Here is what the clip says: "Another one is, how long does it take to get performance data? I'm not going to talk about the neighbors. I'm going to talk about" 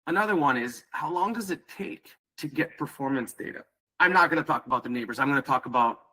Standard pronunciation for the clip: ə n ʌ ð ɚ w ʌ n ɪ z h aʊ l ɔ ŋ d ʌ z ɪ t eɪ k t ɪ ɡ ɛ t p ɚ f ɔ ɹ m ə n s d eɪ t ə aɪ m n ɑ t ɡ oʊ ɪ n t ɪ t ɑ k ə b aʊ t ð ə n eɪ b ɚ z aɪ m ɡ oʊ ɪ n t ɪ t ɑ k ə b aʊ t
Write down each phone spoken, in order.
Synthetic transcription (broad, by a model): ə n ʌ ð ɚ w ʌ n ɪ z h aʊ l ɔ ŋ d ʌ z ɪ t eɪ k t ɪ ɡ ɛ t p ɚ f ɔ ɹ m ə n s d eɪ t ə aɪ m n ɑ t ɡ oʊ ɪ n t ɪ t ɑ k ə b aʊ t ð ə n eɪ b ɚ z aɪ m ɡ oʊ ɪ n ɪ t ɑ k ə b aʊ t